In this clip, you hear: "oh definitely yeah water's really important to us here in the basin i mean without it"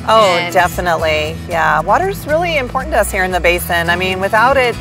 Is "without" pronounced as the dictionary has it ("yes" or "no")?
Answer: yes